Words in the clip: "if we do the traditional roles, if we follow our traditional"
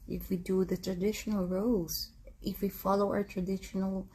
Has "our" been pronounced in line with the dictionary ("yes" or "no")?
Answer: yes